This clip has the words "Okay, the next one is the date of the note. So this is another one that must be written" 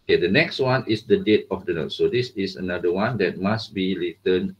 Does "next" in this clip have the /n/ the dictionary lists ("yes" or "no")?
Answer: yes